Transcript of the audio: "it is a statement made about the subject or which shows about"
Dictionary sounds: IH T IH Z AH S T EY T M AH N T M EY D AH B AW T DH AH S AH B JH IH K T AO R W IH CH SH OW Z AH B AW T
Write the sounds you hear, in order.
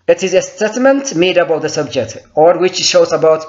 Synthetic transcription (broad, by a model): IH T IH Z AH S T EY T M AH N T M EY D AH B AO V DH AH S AH B JH IH K T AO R W IH CH SH OW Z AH B AW T